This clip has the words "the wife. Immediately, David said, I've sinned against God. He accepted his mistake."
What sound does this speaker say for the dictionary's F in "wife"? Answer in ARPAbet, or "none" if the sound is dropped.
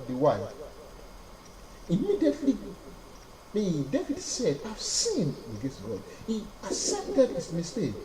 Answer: none